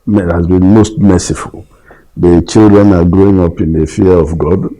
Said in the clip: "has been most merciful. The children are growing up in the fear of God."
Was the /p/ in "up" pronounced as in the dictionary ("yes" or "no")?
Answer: yes